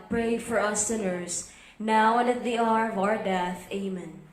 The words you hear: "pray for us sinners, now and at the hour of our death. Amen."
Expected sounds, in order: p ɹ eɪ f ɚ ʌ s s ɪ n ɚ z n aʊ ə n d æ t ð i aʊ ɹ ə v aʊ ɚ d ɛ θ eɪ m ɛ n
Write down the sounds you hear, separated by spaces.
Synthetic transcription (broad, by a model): p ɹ eɪ f ɚ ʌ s s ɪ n ɚ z n aʊ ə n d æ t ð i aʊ ɹ ə v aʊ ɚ d ɛ θ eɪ m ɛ n